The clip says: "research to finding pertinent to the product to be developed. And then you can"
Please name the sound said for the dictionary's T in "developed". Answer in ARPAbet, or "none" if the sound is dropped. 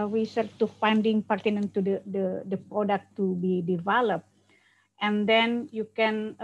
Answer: T